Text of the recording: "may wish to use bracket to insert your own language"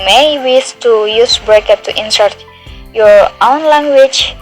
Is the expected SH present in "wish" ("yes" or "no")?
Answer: no